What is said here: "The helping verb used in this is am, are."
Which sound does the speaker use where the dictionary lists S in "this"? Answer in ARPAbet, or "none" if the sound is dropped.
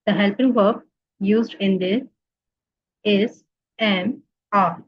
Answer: none